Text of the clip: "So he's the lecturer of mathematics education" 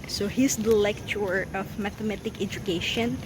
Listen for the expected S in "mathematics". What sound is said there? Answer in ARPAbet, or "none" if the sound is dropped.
none